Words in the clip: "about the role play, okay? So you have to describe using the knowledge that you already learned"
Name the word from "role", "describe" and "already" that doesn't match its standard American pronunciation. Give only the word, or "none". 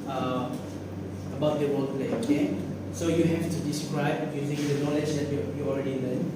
role